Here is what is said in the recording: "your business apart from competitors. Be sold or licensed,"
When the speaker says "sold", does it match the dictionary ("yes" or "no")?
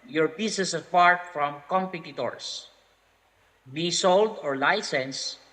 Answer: yes